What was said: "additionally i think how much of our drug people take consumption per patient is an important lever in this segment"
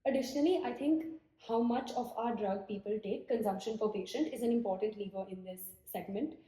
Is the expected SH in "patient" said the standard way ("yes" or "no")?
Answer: yes